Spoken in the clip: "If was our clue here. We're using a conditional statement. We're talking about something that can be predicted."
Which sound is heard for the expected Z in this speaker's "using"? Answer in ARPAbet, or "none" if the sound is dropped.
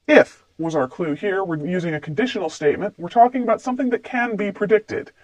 Z